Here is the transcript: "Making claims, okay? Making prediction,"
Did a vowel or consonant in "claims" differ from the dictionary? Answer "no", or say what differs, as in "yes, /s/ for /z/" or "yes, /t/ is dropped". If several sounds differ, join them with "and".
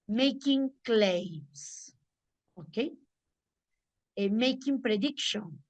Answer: yes, /s/ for /z/